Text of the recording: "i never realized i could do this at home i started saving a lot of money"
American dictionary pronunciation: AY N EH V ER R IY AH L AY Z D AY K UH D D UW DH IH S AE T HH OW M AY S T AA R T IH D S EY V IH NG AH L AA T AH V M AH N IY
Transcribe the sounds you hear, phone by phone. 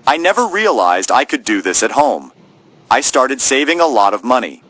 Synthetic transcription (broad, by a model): AY N EH V ER R IY AH L AY Z D AY K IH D D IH DH IH S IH T HH OW M AY S T AA R T IH D S EY V IH NG AH L AA T AH V M AH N IY